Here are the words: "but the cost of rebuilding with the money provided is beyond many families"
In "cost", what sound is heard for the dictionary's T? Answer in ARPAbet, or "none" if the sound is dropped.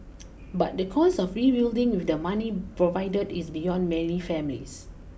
none